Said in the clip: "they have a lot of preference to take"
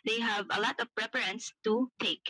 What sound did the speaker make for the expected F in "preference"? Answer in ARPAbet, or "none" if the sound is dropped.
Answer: P